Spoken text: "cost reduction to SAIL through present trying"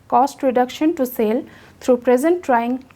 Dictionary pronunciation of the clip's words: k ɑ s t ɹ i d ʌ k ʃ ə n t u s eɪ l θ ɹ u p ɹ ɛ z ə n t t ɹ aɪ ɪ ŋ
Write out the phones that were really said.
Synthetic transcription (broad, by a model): k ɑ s t ɹ i d ʌ k ʃ ə n t u s eɪ l t ɹ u p ɹ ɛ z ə n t t ɹ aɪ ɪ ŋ